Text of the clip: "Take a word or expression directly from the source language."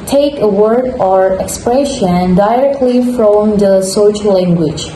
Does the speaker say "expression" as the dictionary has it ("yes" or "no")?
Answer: yes